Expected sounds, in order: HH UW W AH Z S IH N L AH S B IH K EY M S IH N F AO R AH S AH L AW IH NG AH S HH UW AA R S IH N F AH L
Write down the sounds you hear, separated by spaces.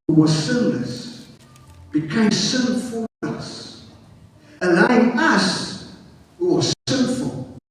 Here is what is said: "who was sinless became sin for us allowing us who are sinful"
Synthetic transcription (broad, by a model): HH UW W AH Z S IH N L AH S B IH K EY M S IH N F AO L AH S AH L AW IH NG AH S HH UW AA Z S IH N F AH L